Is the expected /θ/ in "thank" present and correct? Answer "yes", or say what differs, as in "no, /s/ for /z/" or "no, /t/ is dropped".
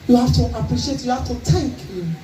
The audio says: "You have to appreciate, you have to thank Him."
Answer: no, /t/ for /θ/